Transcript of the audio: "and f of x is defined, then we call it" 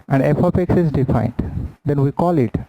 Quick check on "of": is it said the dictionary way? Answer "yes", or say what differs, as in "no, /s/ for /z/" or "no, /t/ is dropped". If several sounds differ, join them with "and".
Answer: no, /p/ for /v/